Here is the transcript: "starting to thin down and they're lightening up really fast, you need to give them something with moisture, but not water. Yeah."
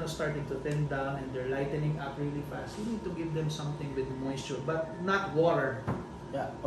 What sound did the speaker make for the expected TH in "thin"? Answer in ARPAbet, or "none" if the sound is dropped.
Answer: T